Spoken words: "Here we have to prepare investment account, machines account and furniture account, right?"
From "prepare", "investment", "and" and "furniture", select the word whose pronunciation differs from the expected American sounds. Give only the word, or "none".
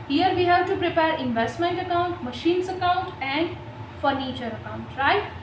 none